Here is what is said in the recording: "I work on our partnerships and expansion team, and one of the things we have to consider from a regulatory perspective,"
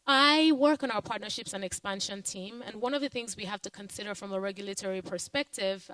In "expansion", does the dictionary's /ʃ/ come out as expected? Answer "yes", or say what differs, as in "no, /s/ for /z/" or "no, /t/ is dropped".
yes